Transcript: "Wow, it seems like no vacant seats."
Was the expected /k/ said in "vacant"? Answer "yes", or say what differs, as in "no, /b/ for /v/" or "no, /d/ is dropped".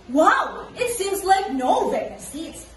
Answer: no, /k/ is dropped